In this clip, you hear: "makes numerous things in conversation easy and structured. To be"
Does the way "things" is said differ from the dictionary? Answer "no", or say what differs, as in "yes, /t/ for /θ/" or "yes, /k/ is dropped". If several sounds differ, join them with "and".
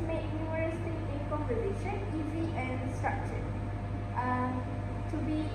yes, /t/ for /θ/ and /z/ is dropped